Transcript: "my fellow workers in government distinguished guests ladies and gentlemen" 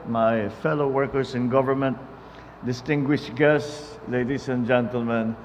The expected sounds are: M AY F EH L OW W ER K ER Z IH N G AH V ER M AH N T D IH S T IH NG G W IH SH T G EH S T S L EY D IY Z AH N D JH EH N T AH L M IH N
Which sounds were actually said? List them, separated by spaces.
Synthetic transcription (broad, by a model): M AY F EH L OW W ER K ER S IH N G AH V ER M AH N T D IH S T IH NG G W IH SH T G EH S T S L EY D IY S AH N JH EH N T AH L M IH N